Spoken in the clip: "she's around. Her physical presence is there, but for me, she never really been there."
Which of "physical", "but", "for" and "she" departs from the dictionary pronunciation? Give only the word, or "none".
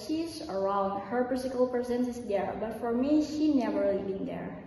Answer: physical